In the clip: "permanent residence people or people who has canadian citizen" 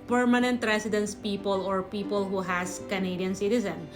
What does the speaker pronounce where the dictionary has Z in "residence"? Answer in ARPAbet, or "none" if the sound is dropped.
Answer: S